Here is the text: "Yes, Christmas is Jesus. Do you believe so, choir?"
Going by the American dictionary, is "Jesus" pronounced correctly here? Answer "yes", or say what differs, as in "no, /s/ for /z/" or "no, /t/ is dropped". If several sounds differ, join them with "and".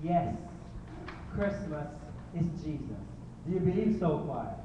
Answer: yes